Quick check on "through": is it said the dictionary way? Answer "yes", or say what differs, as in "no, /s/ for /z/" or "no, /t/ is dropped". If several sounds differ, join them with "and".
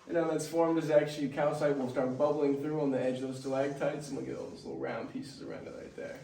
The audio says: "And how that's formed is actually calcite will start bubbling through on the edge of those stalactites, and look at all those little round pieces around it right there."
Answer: yes